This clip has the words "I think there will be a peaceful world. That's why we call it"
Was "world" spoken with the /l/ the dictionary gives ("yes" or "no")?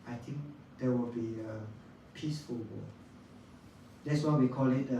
no